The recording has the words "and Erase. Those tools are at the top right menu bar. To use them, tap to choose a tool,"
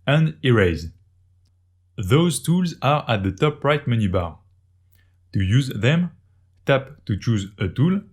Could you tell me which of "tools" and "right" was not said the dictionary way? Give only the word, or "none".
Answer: none